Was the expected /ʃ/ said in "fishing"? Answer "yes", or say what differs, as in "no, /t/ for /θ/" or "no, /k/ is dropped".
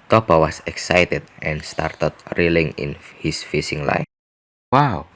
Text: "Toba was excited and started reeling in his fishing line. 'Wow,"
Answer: no, /s/ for /ʃ/